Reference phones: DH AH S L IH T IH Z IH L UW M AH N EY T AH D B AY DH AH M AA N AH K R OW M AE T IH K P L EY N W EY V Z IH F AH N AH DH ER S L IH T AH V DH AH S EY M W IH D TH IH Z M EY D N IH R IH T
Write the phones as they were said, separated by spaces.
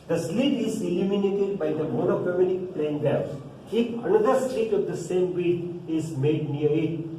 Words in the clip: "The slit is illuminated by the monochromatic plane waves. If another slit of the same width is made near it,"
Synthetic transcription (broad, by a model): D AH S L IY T IH Z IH L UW M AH N EY T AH D B AY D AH M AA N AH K OW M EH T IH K P L EY N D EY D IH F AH N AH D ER S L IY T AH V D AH S EY M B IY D IH Z M EY D N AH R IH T